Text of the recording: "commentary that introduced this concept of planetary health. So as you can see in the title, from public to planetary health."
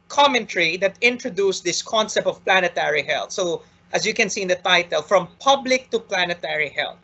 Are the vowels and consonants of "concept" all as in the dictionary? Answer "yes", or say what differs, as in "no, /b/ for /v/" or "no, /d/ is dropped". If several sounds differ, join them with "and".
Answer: yes